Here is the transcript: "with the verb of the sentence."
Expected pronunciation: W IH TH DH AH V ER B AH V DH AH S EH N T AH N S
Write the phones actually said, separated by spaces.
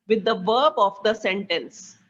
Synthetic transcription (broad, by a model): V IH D AH V ER B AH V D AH S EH N T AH N S